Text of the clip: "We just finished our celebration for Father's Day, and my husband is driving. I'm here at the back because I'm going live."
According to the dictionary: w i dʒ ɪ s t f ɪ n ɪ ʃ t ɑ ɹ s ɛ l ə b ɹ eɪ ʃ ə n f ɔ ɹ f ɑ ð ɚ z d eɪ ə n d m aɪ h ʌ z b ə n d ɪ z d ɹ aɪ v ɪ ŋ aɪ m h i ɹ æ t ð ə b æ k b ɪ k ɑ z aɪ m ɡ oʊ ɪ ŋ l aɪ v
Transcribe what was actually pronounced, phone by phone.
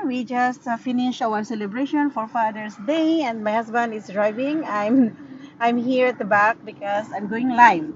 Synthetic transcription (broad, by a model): w i dʒ ɪ s t f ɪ n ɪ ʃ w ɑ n s ɛ l ə b ɹ eɪ ʃ ə n f ɔ ɹ f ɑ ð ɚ s d eɪ ə n d m aɪ h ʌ s b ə n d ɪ s d ɹ aɪ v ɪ ŋ aɪ m h i ɹ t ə b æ k b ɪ k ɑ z aɪ m ɡ oʊ ɪ ŋ l aɪ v